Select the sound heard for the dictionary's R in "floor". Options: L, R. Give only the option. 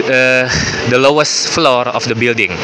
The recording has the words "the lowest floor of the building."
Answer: R